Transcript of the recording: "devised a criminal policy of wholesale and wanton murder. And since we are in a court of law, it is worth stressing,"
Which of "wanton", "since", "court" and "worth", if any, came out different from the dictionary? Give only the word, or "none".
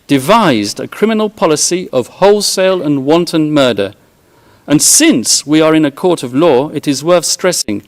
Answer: none